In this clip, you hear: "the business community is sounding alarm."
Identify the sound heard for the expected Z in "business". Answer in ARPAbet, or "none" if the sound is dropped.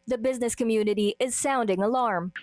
Z